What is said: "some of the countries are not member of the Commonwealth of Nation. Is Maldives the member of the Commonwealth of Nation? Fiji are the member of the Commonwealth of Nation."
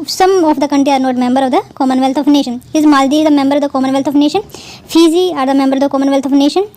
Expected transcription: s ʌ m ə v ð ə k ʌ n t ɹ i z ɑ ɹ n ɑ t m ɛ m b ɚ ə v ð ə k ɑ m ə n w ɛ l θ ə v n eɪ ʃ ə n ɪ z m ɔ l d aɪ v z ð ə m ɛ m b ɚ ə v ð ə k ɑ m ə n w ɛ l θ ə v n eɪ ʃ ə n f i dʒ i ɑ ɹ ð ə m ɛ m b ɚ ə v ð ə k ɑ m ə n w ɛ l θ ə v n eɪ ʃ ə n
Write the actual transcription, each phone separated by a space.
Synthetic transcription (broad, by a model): s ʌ m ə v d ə k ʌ n t ɹ i ɑ ɹ n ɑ t m ɛ m b ɚ ə v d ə k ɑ m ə n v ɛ l t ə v n eɪ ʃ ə n ɪ z m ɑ l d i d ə m ɛ m b ɚ ə v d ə k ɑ m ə n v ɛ l t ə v n eɪ ʃ ə n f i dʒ i ɑ ɹ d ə m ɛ m b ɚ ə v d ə k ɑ m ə n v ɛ l t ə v n eɪ ʃ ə n